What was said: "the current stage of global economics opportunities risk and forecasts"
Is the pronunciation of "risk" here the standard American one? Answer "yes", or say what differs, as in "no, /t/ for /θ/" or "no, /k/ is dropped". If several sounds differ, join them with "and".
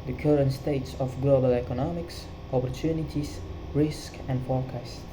yes